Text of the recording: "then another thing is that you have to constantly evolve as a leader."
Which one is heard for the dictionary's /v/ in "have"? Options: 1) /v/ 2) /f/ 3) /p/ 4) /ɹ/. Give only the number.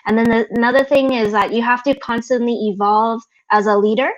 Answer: 2